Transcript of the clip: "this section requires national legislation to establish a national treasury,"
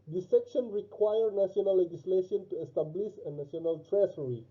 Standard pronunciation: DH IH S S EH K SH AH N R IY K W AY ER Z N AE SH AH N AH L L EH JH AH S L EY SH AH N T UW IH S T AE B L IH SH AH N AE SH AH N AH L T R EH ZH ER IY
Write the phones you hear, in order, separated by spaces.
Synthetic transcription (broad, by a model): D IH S S EH K SH AH N R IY K W AY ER N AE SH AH N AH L L EH JH AH S L EY SH AH N T UW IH S T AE B L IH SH AH N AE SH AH N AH L T R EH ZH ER IY